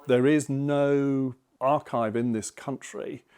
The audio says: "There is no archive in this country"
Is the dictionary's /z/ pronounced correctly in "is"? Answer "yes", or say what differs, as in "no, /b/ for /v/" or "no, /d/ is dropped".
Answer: yes